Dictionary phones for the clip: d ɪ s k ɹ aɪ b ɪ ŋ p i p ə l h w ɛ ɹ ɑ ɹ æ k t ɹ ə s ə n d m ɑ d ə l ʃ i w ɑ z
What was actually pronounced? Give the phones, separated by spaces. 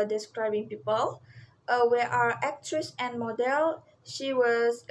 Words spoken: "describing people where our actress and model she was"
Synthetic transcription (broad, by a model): d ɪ s k ɹ aɪ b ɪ ŋ p i p ə l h w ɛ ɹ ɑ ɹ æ k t ɹ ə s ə n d m ɑ d ə l ʃ i w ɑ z